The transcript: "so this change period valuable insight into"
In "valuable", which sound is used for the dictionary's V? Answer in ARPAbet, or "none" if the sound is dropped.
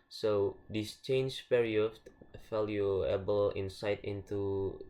F